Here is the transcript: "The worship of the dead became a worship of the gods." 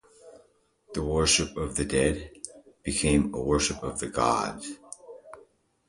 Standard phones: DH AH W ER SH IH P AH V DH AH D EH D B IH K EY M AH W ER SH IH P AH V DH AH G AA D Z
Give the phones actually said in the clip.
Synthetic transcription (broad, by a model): DH AH W ER SH IH P AH V DH AH D EH D B IH K EY M AH W ER SH IH P AH V DH AH G AA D